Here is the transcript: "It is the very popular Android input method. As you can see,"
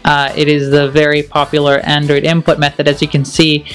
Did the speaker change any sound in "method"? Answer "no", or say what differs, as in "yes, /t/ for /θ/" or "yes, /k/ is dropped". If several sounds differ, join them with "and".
no